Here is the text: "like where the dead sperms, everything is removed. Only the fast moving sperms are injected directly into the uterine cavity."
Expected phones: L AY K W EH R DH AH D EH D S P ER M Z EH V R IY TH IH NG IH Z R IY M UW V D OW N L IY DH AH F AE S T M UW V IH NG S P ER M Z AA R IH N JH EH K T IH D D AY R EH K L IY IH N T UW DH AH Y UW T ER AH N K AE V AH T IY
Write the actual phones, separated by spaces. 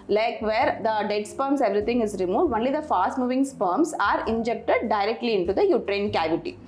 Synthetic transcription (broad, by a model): L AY K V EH R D AH D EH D S P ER M S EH V R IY T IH NG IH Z R IY M UW V D OW N L IY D AH F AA S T M UW V IH NG S P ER M S AA R IH N JH EH K T IH D D AY R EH K L IY IH N T UW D AH Y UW T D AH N K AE V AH T IY